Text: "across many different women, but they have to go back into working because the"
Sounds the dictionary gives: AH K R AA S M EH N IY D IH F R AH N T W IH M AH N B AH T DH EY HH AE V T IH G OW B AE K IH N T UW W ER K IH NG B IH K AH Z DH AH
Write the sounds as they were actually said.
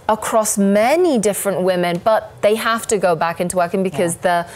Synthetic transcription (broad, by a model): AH K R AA S M EH N IY D IH F R AH N T W IH M AH N B AH T DH EY HH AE F T IH G OW B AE K IH N T UW W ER K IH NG B IH K AH Z DH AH